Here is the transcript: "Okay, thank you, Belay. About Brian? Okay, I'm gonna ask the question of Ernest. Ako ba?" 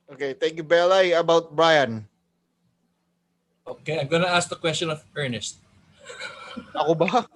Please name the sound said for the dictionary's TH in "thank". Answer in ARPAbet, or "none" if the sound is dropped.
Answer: T